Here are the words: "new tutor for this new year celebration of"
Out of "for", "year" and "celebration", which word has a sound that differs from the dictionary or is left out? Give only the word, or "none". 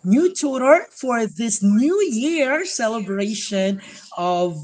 none